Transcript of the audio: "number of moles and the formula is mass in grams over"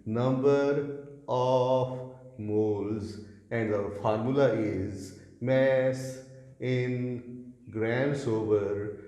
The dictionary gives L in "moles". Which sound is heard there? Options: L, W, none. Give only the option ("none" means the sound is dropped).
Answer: L